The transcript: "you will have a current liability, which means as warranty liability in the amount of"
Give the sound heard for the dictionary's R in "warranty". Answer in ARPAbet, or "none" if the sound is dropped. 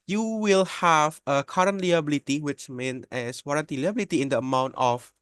R